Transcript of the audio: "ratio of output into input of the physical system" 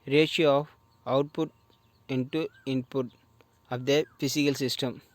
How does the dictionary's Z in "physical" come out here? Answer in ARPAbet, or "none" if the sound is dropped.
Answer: S